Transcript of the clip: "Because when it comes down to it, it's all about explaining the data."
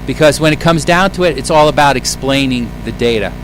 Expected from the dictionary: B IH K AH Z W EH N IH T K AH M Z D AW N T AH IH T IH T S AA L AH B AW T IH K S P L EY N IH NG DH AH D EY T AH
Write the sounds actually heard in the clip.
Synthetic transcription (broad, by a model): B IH K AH Z W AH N IH T K AH M Z D AW N T AH IH T IH T S AA L AH B AW T IH K S P L EY N IH NG DH AH D EY T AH